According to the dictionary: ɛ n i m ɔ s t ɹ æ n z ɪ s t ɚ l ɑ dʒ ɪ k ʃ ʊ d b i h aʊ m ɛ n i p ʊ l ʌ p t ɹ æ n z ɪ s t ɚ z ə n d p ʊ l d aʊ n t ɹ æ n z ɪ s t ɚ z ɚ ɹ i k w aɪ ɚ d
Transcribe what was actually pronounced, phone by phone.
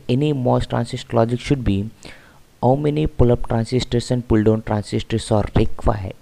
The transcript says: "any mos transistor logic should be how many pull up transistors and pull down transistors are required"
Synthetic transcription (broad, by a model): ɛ n i m ɔ s t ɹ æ n s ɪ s t l ɑ dʒ ɪ k ʃ ʊ d b i h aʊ m ɛ n i p ʊ l ʌ p t ɹ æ n s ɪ s t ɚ s ə n d p ʊ l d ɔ n t ɹ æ n s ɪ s t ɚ s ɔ ɹ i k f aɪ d